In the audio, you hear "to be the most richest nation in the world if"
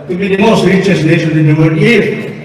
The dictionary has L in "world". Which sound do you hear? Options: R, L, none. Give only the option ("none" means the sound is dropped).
none